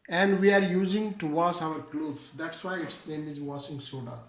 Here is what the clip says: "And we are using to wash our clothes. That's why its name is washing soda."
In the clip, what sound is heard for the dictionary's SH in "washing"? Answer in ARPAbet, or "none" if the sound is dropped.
S